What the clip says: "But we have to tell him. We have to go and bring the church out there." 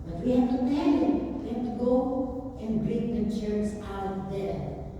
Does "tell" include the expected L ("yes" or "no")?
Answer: no